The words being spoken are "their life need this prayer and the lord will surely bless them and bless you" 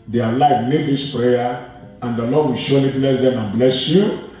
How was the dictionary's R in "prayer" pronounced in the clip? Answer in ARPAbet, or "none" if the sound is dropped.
R